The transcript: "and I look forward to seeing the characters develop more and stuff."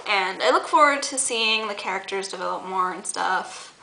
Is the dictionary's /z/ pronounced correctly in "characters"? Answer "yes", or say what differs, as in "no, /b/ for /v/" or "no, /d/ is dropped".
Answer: yes